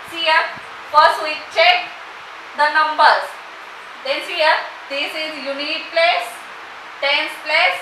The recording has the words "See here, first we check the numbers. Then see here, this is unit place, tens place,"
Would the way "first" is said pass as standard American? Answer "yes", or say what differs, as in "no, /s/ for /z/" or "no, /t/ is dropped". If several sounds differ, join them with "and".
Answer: yes